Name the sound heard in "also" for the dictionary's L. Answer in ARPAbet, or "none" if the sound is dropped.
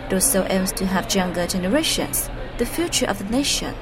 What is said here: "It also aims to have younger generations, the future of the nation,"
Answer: none